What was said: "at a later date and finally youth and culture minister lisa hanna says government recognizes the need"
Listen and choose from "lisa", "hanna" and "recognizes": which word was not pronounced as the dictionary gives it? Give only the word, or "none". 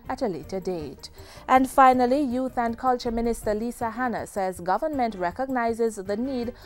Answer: none